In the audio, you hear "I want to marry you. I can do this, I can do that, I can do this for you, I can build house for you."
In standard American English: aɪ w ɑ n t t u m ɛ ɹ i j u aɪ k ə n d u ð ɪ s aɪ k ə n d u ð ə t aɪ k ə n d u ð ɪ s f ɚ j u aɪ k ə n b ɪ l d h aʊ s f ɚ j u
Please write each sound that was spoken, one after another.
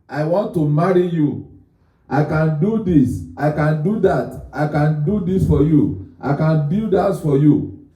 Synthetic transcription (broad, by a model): aɪ w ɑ n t t u m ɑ ɹ i j u aɪ k ə n d u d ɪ s aɪ k ə n d u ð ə t aɪ k ə n d u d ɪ s f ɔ j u aɪ k ə n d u d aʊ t f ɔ j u